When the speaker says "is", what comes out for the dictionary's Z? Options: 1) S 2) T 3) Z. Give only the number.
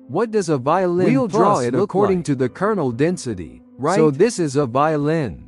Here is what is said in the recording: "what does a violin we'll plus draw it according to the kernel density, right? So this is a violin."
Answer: 3